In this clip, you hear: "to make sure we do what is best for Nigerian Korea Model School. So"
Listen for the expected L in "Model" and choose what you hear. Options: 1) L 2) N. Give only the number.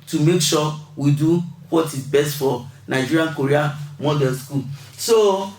2